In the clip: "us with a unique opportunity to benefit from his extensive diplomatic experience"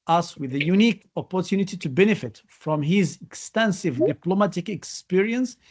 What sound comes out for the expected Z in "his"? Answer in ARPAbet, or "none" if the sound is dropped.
Z